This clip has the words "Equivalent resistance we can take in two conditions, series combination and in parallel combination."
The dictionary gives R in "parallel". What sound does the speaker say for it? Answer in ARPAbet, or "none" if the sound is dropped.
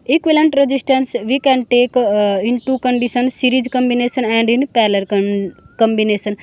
L